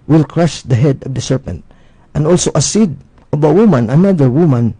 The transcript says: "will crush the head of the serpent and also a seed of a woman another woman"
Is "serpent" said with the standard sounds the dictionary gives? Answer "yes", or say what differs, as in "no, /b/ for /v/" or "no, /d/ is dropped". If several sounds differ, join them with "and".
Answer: yes